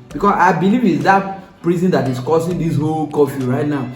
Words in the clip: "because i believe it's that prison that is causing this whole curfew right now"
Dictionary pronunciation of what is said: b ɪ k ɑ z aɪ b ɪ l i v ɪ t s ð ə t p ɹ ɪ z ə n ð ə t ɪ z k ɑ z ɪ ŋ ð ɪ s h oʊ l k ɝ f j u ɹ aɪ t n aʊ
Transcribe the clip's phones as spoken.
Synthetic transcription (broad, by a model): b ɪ k ɑ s aɪ b ɪ l i v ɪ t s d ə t p ɹ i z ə n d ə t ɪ s k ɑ s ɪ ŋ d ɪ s h oʊ l k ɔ f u ɹ aɪ t n aʊ